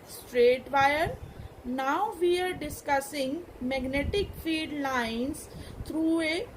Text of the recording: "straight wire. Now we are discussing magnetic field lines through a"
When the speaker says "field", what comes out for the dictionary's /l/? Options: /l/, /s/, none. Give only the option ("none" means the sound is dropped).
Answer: none